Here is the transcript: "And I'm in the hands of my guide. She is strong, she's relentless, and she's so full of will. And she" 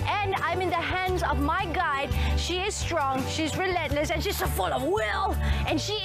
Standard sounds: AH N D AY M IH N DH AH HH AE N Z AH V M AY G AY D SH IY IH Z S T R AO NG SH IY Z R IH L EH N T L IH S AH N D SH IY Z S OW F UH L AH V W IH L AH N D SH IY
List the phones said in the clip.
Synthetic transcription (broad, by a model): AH N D AY M IH N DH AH HH AE N Z AH V M AY G AY D SH IY IH Z S T R AO NG SH IY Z R IH L EH N T L IH S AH N SH IY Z S OW F UH L AH V W IH L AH N SH IY